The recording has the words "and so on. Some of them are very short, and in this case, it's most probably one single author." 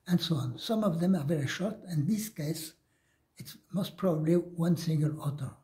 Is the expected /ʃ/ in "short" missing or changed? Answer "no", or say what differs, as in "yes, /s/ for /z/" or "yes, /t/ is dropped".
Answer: no